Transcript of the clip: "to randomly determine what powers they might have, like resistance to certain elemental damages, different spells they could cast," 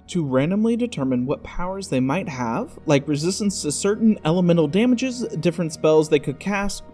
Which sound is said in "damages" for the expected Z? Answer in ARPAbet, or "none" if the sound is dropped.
Z